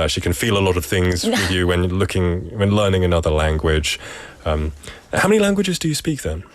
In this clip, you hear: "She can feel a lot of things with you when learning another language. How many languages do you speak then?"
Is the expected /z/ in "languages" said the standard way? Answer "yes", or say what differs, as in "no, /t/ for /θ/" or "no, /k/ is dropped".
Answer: yes